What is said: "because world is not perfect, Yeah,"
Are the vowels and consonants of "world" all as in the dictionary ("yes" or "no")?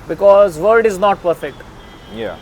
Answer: no